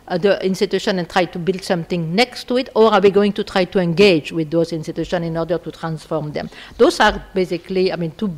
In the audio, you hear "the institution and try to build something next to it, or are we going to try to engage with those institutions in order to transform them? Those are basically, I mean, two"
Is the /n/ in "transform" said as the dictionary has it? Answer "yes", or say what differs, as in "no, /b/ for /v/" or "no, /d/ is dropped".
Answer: yes